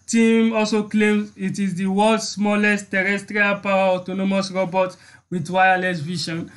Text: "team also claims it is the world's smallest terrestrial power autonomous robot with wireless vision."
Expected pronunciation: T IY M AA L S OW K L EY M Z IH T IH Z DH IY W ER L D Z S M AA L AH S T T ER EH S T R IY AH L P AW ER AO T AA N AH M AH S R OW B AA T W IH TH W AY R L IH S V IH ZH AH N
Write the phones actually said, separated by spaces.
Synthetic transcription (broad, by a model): T IY M AA L S OW K L EY M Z IH T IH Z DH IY W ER L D S M AA L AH S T T ER EH S T R IY AH L P AW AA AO T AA N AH M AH S R OW B AA T W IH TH W AY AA L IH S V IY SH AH N